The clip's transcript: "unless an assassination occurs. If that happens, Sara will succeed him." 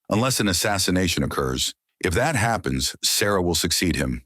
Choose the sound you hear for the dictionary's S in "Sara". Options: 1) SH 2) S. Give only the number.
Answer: 2